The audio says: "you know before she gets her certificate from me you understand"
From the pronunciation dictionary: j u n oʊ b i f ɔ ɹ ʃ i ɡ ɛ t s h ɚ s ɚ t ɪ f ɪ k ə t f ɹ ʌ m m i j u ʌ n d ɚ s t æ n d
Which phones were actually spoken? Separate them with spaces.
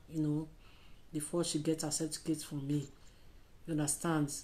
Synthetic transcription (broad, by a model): j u n oʊ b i f ɔ ʃ i ɡ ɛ t h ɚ s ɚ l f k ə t f ɹ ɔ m m i j u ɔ n d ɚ s t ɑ n d